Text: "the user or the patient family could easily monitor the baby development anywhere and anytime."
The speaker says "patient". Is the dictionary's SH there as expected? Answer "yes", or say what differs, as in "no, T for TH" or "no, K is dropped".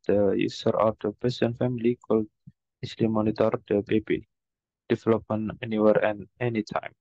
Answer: no, S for SH